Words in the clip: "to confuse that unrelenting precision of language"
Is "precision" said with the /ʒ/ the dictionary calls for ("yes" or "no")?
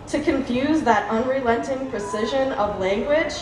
yes